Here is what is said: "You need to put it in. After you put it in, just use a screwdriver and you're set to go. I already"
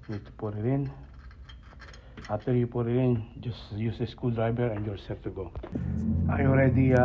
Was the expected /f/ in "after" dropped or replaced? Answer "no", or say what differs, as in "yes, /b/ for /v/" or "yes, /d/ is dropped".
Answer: yes, /f/ is dropped